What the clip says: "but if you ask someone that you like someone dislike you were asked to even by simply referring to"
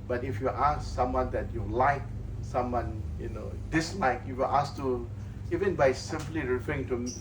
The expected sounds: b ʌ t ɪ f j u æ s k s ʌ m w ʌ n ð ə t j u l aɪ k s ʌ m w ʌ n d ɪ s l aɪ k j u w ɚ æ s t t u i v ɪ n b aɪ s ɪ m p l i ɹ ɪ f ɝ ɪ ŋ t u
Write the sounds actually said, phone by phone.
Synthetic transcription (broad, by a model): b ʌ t ɪ f j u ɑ s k s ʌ m w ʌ n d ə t j u l aɪ k s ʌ m w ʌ n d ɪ s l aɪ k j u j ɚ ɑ s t t u i v ɪ n b aɪ s ɪ m p l i ɹ ɪ f ɝ ɪ ŋ t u